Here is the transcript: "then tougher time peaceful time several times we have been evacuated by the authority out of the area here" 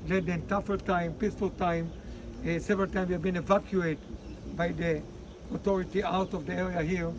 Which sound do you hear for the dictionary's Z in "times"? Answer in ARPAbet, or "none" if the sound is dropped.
none